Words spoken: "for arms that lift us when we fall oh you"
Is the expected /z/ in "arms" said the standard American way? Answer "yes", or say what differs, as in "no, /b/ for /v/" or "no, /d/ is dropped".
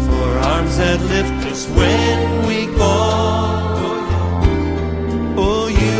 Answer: yes